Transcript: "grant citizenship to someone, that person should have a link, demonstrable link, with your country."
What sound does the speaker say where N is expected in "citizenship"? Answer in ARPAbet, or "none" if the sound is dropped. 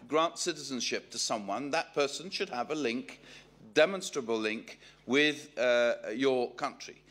N